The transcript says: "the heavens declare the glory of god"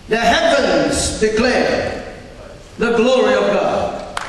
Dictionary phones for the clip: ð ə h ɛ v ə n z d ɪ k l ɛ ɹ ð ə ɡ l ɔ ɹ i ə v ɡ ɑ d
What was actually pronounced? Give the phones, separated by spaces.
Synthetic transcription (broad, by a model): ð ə h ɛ p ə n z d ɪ k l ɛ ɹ ð ə ɡ l ɔ ɹ i ə v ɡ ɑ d